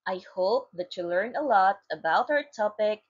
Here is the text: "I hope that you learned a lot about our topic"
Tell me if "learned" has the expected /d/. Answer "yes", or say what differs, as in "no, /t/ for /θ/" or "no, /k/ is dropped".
no, /d/ is dropped